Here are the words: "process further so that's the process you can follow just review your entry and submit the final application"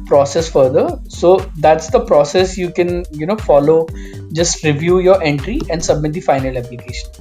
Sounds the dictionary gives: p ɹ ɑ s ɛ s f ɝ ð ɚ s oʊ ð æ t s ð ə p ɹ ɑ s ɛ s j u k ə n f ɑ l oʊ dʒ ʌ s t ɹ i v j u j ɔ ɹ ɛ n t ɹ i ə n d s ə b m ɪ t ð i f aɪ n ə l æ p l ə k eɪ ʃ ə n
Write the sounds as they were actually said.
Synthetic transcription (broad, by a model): p ɹ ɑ s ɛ s f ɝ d ɚ s oʊ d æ t s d ə p ɹ ɑ s ɛ s j u k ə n f ɑ l oʊ dʒ ʌ s t ɹ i v j u j ɔ ɹ ɛ n t ɹ i ə n d s ə b m ɪ t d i f aɪ n ə l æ p l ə k eɪ ʃ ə n